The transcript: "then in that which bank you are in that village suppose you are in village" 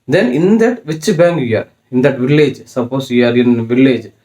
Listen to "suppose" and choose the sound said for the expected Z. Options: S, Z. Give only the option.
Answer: S